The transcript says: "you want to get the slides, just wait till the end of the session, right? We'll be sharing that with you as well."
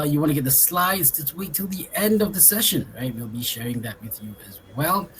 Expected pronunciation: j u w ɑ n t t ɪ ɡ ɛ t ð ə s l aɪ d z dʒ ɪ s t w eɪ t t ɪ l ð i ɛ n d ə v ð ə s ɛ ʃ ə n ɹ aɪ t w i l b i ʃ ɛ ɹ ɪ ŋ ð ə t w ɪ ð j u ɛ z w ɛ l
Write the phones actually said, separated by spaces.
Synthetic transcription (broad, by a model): j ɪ w ɑ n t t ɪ ɡ ɛ t ð ə s l aɪ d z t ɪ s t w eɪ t t ɪ l ð i ɛ n d ə v ð ə s ɛ ʃ ə n ɹ aɪ t w i l b i ʃ ɛ ɹ ɪ ŋ ð ə t w ɪ ð j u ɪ z w ɛ l